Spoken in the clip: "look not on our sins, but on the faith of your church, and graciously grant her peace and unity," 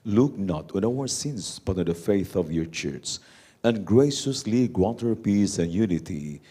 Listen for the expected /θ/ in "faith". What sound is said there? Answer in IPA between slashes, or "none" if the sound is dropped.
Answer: /θ/